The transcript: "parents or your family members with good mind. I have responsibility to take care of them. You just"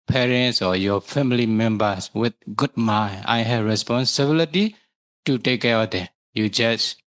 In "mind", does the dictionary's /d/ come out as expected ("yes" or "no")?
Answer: no